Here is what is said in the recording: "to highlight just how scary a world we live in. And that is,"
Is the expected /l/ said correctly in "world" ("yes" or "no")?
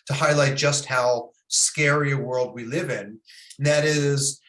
yes